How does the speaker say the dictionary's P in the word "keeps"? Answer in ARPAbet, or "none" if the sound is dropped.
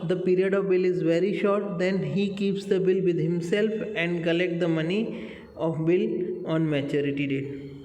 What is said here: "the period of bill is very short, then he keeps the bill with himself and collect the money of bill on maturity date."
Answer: P